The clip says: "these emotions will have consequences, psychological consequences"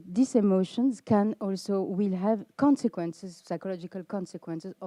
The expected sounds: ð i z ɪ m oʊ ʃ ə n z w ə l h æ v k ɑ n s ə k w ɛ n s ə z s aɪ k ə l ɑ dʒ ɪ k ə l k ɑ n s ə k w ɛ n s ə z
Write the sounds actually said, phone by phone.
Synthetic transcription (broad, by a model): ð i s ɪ m oʊ ʃ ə n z w ə l h æ v k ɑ n s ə k w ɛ n s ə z s aɪ k ə l ɑ dʒ ɪ k ə l k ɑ n s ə k w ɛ n s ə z